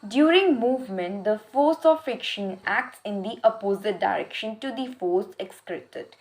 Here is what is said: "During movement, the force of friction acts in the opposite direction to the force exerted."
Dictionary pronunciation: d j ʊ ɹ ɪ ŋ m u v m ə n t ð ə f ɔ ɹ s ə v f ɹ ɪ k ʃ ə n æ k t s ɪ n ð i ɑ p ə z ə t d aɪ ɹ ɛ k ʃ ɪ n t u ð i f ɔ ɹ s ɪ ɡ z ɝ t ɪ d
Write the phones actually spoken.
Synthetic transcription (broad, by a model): d j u ɹ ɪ ŋ m u v m ə n t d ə f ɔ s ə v f ɪ k ʃ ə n æ k t s ɪ n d i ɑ p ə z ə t d aɪ ɹ ɛ k ʃ ɪ n t u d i f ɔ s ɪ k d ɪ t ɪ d